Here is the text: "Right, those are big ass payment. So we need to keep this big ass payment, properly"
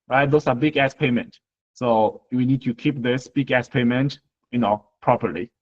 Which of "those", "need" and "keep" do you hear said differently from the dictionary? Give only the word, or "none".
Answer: those